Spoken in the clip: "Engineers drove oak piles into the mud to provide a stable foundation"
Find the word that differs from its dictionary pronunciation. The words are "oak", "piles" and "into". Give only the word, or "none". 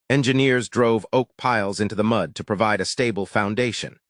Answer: none